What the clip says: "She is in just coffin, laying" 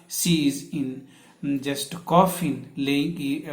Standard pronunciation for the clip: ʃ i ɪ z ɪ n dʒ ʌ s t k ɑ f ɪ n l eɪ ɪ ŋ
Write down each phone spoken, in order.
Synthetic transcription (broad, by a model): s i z ɪ n dʒ ʌ s t k ɑ f ɪ n l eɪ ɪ